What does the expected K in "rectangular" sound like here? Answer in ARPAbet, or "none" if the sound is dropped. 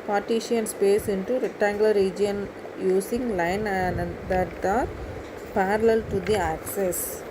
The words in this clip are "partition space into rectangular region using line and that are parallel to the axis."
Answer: none